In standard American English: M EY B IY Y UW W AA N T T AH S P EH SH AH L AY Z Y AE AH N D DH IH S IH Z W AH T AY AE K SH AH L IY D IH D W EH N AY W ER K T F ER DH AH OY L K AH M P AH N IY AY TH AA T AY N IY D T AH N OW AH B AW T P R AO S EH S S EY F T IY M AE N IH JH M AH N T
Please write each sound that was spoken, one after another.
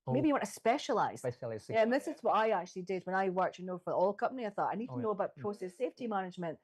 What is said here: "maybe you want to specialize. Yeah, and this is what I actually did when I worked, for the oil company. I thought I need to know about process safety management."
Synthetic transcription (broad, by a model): M EY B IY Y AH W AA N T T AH S P EH SH AH L AY Z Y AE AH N DH IH S IH Z W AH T AY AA K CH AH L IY D IH D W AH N AY W ER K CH F ER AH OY L K AH M P AH N IY AY TH AA T AY N IY D T AH N OW AH B AW T P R AO S EH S S EY F T IY M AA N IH JH M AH N T